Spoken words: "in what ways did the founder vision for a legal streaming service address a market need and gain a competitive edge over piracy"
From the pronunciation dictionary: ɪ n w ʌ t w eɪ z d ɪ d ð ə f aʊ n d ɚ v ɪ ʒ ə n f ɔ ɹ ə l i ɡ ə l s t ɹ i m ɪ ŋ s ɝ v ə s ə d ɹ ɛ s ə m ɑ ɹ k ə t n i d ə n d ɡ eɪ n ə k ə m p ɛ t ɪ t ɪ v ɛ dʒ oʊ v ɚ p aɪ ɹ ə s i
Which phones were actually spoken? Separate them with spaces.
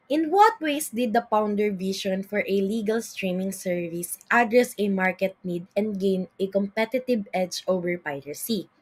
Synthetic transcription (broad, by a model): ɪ n w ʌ t w eɪ s d ɪ d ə p aʊ n d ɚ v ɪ ʃ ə n f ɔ ɹ ə l i ɡ ə l s t ɹ i m ɪ ŋ s ɝ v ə s ə d ɹ ɛ s ə m ɑ ɹ k ə t n i d ə n d ɡ eɪ n ə k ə m p ɛ t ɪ t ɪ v ɛ dʒ oʊ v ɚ p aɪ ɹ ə s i